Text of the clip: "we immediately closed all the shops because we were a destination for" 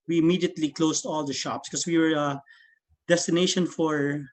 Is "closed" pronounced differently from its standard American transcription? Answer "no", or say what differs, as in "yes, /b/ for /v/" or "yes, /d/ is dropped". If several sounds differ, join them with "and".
yes, /s/ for /z/